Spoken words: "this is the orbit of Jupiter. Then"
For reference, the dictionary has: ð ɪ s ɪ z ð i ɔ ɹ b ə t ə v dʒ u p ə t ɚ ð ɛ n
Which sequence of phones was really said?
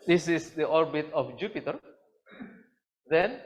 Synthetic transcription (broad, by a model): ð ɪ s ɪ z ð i ɔ ɹ b ə t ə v dʒ u p ə t ɚ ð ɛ n